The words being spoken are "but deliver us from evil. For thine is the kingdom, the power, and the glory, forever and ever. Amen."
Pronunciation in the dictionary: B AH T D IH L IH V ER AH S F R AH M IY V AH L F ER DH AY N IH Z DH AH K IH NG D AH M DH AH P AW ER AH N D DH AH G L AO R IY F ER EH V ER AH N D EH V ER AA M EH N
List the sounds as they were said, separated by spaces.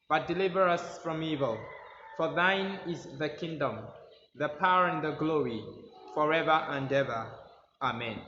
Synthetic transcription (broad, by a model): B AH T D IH L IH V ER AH S F R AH M IY V AH L F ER DH AY N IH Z DH AH K IH NG D AH M DH AH P AW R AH N DH AH G L AO R IY F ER EH V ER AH N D EH V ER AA M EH N